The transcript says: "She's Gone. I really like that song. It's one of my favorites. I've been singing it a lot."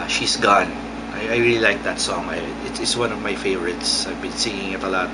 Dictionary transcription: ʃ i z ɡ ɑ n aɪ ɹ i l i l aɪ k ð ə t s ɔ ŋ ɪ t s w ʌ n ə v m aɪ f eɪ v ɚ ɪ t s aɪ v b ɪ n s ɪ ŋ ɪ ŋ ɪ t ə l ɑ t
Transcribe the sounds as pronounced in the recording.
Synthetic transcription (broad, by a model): ʃ i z ɡ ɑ n aɪ ɹ i l i l aɪ k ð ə t s ɔ ŋ ɪ t s w ʌ n ə v m aɪ f eɪ v ɚ ɪ t s aɪ v b ɪ n s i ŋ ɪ ŋ ɪ t ə l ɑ t